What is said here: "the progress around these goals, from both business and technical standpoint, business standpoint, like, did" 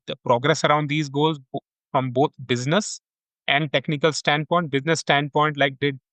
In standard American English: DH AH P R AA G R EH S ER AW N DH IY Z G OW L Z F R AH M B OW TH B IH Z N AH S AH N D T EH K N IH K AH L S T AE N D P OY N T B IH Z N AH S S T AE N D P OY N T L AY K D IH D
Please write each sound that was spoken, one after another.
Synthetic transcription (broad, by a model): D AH P R AA G R EH S ER AW N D IY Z G OW L Z F R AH M B OW T B IH Z N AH S AH N D T EH K N IH K AH L S T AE N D P OY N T B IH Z N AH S S T AE N D P OY N T L AY K D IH D